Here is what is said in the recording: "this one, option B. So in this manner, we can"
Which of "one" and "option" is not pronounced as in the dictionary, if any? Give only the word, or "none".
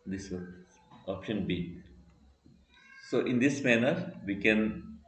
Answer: one